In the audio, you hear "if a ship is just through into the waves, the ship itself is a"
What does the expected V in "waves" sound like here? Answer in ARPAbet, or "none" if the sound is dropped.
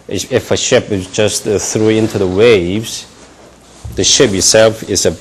V